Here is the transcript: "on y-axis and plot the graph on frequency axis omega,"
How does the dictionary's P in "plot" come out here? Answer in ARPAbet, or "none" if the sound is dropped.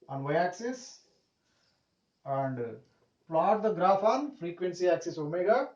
P